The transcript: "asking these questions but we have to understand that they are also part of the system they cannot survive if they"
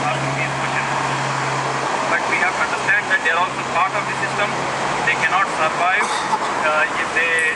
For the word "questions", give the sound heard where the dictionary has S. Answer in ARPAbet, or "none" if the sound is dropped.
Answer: none